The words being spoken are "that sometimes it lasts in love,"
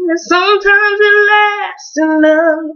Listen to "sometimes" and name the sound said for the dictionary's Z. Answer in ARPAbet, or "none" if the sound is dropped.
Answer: Z